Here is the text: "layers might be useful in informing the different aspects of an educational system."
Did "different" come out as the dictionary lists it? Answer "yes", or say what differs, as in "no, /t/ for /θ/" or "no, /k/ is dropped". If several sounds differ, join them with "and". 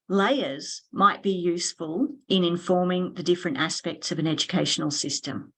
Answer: yes